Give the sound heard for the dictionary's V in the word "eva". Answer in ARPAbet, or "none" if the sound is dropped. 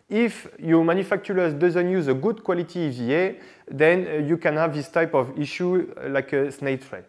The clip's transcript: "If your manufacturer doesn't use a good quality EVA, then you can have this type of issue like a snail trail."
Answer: none